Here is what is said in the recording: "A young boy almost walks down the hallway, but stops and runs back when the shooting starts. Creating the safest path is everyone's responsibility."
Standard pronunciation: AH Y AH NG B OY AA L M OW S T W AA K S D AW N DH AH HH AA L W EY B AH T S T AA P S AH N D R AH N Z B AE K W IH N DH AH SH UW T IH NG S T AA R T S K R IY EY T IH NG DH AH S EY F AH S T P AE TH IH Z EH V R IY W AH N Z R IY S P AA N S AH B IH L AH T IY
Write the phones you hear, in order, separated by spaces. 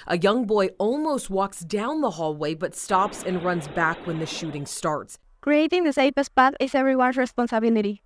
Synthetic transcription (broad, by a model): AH Y AH NG B OY AA L M OW S T W AA K S D AW N DH AH HH AA L W EY B AH T S T AA P S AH N R AH N Z B AE K W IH N DH AH SH UW T IH NG S T AA R T S K R IY EY T IH NG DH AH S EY P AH S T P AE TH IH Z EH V R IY W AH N S R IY S P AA N S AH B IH L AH T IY